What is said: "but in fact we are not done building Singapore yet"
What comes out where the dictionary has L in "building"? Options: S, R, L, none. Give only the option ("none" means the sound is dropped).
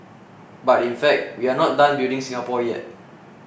none